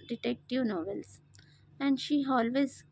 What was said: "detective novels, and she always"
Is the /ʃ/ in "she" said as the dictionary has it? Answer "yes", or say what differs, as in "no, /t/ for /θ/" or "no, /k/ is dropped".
yes